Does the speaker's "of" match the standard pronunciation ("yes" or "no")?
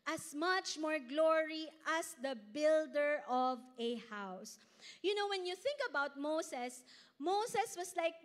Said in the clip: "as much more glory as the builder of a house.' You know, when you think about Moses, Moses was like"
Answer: yes